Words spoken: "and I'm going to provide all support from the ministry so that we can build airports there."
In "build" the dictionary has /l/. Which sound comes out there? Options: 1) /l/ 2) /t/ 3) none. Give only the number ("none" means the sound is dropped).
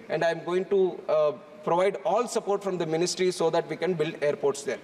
1